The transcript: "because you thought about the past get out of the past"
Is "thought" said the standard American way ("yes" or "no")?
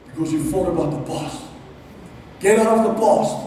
no